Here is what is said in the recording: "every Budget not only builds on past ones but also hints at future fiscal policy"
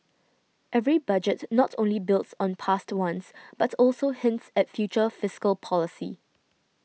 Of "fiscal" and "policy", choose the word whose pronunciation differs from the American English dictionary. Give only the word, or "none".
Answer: none